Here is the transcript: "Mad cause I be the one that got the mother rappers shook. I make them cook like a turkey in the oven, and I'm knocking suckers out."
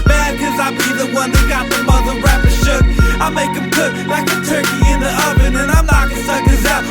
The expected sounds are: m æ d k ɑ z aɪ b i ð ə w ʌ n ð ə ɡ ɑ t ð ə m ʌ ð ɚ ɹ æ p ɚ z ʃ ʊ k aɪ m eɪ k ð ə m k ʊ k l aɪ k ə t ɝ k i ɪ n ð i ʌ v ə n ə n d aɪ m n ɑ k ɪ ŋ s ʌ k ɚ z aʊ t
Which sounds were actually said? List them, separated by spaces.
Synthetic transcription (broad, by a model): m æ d k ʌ z aɪ b i ð ə w ʌ n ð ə ɡ ɑ t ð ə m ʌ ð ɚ ɹ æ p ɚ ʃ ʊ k aɪ m eɪ k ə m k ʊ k l aɪ k ə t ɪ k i ɪ n ð i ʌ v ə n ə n aɪ m l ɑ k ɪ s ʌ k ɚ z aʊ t